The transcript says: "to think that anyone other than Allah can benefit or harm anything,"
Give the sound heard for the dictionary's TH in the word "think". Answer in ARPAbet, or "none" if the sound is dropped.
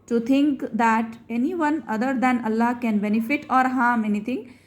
T